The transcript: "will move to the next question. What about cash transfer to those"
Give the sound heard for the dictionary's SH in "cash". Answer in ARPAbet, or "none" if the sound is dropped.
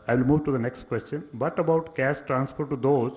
S